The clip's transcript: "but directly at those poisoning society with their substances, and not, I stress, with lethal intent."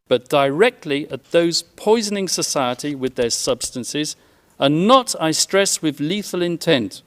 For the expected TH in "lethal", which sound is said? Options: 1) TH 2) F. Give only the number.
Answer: 1